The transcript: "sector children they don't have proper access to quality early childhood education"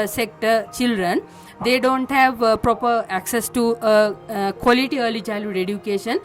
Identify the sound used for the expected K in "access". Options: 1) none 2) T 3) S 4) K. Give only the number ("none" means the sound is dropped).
4